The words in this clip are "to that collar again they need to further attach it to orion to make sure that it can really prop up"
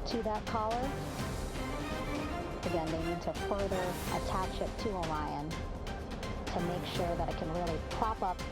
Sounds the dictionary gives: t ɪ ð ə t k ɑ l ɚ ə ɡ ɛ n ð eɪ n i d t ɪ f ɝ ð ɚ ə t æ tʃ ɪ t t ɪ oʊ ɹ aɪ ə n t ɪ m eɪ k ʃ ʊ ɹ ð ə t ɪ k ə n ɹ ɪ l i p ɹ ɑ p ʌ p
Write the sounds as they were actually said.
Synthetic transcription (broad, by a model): t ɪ ð ə t k ɑ l ɚ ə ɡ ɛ n ð eɪ n i d t ɪ f ɝ ð ɚ ə t æ tʃ ɪ t t ɪ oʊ l aɪ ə n t ɪ m eɪ k ʃ ʊ ɹ ð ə t ɪ k ə n ɹ ɪ l i p ɹ ɑ p ʌ p